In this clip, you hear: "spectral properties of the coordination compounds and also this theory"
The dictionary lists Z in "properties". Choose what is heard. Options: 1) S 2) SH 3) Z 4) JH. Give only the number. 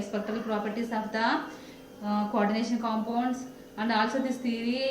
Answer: 1